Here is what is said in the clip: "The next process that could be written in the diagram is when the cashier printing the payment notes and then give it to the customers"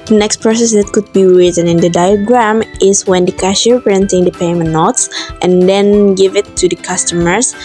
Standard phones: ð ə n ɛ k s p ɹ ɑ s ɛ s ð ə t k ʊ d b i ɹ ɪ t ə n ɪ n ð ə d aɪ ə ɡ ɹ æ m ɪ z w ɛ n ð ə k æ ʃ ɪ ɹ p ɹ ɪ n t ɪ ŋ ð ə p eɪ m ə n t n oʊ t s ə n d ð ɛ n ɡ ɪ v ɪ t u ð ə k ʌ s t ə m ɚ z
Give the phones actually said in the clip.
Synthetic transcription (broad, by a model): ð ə n ɛ k s p ɹ ɑ s ɛ s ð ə t k ʊ d b i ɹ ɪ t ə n ɪ n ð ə d aɪ ə ɡ ɹ æ m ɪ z w ɛ n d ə k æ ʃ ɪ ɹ p ɹ ɪ n t ɪ ŋ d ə p eɪ m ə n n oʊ t s ə n d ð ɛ n ɡ ɪ v ɪ t u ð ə k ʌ s t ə m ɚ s